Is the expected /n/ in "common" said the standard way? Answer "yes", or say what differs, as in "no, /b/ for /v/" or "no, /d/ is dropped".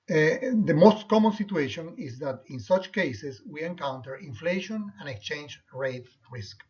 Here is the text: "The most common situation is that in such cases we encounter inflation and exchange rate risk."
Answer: yes